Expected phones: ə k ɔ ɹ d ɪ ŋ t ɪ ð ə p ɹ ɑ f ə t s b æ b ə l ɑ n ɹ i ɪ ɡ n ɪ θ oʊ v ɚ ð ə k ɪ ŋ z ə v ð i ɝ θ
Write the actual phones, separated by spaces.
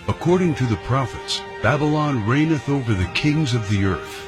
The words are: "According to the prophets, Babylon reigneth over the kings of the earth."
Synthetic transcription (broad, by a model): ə k ɔ ɹ d ɪ ŋ t ɪ ð ə p ɹ ɑ f ə t s b æ b ə l ɑ n ɹ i ɪ n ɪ θ oʊ v ɚ ð ə k ɪ ŋ z ə v ð i ɝ θ